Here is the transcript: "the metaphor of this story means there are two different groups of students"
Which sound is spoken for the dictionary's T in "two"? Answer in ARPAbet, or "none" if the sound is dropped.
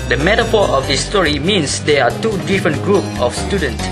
T